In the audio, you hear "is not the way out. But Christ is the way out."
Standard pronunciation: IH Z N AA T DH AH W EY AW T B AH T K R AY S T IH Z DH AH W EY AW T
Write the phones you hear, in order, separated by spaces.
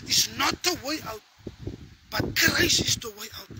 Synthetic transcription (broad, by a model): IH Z N AA T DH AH W EY AW T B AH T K R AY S IH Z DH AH W EY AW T